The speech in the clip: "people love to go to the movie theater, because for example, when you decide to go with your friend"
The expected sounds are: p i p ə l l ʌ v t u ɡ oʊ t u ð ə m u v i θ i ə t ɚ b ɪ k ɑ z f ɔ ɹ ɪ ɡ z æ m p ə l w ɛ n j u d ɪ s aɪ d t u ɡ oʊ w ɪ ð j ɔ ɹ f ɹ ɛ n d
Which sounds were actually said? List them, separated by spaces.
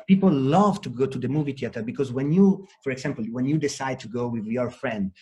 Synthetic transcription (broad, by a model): p i p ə l l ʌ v t u ɡ oʊ t u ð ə m u v i t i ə t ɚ b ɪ k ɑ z f ɔ ɹ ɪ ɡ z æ m p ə l w ɛ n j u d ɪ s aɪ d t u ɡ oʊ w ɪ ð j ɔ ɹ f ɹ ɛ n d